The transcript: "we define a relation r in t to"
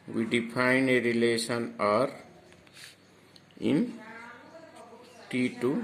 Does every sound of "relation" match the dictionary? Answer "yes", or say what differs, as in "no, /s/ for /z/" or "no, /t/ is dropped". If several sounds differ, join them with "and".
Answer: no, /s/ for /ʃ/